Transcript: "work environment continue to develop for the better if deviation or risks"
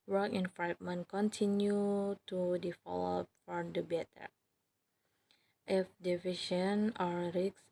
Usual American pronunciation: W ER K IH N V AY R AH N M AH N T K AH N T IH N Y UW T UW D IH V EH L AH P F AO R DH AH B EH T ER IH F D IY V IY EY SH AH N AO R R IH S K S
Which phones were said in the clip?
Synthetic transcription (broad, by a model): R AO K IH N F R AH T M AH N K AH N T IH N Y UW T UW D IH F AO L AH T F AO R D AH B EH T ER IH F D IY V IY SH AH N AO R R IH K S